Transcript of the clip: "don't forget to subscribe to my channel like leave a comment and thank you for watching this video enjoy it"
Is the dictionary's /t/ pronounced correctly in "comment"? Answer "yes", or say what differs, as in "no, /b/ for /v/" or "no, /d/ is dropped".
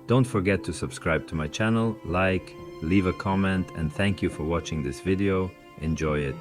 yes